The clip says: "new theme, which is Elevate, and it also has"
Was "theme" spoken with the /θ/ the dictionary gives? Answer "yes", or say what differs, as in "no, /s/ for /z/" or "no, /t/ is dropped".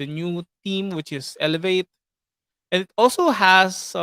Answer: no, /t/ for /θ/